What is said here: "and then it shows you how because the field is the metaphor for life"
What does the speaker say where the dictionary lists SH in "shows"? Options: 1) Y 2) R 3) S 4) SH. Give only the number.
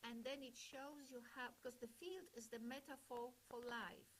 4